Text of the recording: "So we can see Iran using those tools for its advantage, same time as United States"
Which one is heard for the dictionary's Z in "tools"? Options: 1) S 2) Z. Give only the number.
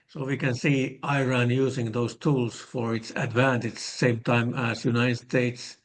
1